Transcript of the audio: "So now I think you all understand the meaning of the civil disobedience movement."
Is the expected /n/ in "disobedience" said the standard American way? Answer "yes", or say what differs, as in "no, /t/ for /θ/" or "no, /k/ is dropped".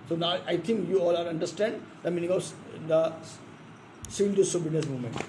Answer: no, /n/ is dropped